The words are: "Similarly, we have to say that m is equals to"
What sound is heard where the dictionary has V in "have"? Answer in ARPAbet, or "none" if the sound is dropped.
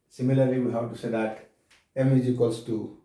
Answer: W